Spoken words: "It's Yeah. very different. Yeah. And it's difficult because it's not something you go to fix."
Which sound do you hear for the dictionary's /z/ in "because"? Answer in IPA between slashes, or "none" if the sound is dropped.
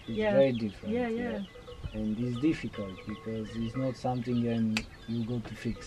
/z/